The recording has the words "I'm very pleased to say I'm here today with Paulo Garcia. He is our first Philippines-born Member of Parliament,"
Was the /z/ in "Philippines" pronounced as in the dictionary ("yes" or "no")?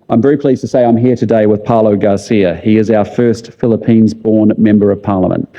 yes